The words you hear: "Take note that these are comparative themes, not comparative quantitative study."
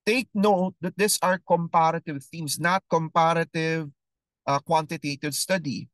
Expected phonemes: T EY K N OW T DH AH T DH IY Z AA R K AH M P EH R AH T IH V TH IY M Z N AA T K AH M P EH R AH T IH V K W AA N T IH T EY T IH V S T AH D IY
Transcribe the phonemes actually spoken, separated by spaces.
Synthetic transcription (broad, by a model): T EY K N OW T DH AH T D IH S AA R K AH M P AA R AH T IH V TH IY M S N AA T K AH M P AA R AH T IH V K W AA N T IH T EY T IH V S T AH D IY